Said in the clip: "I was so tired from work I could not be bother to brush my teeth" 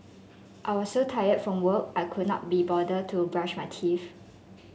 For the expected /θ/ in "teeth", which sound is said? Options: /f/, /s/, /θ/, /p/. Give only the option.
/f/